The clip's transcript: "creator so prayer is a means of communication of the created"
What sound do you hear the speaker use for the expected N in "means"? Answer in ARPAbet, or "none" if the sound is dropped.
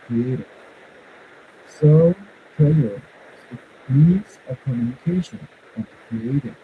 none